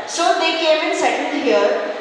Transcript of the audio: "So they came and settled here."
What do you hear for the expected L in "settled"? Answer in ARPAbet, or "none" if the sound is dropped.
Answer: N